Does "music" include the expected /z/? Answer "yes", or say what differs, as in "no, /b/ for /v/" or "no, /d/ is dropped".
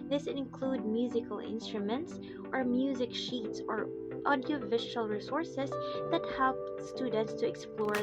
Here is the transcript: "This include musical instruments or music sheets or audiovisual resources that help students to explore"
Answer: yes